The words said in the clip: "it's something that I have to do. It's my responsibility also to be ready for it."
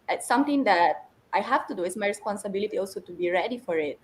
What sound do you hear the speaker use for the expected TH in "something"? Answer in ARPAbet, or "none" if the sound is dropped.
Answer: T